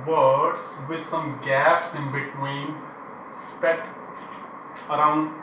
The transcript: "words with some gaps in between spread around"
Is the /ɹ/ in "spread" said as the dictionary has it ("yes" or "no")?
no